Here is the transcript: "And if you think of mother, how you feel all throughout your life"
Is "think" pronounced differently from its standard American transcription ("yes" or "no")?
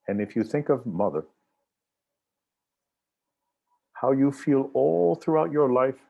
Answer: no